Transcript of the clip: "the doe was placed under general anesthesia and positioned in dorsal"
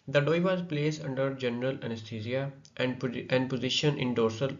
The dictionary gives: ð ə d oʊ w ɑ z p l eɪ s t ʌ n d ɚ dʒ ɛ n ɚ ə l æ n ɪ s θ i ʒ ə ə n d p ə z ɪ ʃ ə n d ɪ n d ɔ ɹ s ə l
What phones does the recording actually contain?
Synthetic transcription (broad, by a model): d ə d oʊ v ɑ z p l eɪ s ʌ n d ɚ dʒ ɛ n ɚ ə l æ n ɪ s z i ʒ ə ə n d p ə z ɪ ʃ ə n ɪ n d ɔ ɹ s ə l